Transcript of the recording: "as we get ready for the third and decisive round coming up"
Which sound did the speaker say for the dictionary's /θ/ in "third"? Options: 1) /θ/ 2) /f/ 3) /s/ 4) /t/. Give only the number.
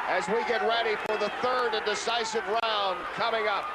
1